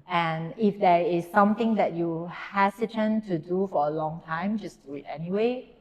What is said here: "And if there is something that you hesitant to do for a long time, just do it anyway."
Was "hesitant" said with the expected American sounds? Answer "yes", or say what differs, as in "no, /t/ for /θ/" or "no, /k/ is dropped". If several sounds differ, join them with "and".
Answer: no, /s/ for /z/